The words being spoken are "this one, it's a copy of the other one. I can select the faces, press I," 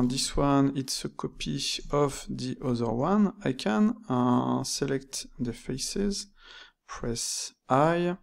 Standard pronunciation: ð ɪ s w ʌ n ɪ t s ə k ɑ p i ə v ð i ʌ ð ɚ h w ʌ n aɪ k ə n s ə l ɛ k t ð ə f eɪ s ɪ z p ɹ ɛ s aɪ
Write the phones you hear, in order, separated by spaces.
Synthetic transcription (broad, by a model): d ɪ s w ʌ n ɪ t s ə k ɑ p i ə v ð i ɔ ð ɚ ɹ w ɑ n aɪ k ə n s ə l ɛ k t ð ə f eɪ s ɪ z p ɹ ɛ s aɪ